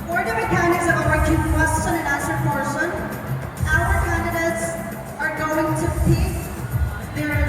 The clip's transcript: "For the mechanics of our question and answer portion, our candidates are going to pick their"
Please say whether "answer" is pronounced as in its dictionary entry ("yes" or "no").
no